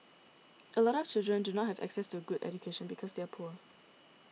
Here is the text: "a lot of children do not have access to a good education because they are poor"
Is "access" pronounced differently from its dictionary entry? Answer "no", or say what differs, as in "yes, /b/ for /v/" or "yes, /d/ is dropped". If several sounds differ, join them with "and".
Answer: no